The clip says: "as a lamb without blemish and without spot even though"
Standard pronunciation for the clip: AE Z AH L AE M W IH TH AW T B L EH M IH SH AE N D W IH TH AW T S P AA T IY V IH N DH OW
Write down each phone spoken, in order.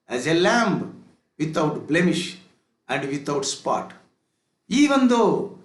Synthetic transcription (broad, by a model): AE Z AH L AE M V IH T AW T B L EH M IH SH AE N D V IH T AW T S P AA T IY V IH N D OW